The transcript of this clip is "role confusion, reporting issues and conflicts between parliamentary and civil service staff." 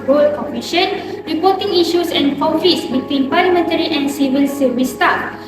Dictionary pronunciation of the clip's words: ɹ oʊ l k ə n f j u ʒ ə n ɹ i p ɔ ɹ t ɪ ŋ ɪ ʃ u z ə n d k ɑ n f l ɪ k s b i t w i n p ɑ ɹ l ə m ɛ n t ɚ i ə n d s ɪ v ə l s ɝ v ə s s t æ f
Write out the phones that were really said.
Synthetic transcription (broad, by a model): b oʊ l k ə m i ʃ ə n ɹ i p ɔ t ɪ ŋ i ʃ u s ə n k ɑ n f ɪ s b i t w i n p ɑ l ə m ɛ n t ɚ i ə n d s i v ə l s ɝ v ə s s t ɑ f